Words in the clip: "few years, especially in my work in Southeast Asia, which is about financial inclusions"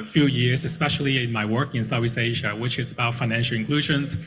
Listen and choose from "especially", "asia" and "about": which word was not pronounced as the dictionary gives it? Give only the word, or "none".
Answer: none